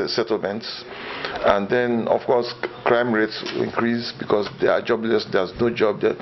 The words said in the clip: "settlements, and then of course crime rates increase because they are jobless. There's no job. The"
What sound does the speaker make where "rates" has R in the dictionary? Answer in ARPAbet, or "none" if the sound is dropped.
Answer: R